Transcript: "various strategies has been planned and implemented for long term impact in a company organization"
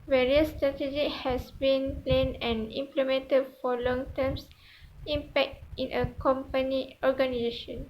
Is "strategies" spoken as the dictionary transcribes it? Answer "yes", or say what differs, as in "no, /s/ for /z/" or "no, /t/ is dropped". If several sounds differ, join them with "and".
no, /z/ is dropped